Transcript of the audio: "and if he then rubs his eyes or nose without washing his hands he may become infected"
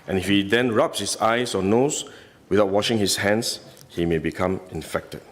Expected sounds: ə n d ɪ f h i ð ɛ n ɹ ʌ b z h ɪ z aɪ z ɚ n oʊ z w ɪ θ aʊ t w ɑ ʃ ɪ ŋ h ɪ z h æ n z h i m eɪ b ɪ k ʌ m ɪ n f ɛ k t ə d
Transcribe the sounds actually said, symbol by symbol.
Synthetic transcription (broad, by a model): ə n ɪ f h i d ɛ n ɹ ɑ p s h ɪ s aɪ s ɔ n oʊ s w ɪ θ aʊ t w ɑ ʃ ɪ ŋ h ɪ s h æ n s h i m eɪ b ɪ k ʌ m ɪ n f ɛ k t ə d